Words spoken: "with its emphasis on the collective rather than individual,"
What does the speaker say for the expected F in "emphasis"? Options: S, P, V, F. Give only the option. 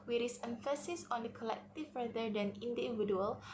F